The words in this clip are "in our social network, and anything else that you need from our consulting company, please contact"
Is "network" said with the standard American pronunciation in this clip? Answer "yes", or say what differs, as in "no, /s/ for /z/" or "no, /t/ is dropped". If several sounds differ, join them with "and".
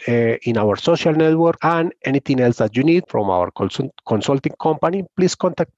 yes